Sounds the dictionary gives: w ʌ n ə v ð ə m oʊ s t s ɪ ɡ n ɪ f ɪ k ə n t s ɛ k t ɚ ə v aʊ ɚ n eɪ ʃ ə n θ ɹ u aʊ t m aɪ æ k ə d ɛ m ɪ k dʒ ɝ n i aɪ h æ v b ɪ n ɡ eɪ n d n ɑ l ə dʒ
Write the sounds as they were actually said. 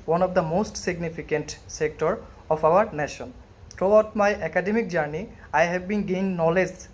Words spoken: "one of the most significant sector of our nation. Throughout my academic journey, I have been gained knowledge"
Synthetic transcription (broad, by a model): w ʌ n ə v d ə m oʊ s t s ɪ ɡ n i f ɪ k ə n t s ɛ k t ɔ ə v aʊ ɚ n eɪ ʃ ə n t ɹ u aʊ t m aɪ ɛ k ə d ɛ m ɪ k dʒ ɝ n i aɪ h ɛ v b ɪ n ɡ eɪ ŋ n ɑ l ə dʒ